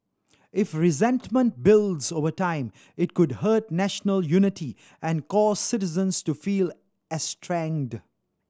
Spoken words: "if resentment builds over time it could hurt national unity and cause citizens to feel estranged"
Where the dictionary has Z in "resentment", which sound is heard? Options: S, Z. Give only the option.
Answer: Z